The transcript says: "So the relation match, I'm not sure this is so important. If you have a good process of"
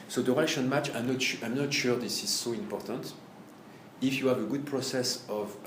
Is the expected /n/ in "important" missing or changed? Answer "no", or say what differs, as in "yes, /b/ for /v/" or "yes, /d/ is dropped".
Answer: no